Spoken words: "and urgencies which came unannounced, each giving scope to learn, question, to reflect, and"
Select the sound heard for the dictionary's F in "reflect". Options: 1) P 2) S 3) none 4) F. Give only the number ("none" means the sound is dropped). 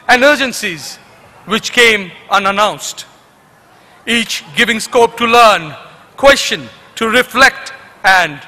4